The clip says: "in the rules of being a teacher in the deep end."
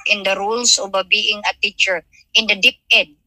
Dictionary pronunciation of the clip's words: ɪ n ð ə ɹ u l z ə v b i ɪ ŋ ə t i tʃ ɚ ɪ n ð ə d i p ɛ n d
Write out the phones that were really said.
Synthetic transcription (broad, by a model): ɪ n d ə ɹ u l s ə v b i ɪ ŋ ə t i tʃ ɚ ɪ n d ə d i p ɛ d